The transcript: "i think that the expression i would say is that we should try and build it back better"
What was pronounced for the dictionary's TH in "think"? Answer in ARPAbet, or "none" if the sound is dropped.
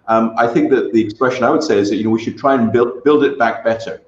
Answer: TH